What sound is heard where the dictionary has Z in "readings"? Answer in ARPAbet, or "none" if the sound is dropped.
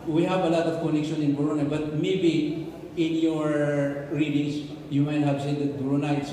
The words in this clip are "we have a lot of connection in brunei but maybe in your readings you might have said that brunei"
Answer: S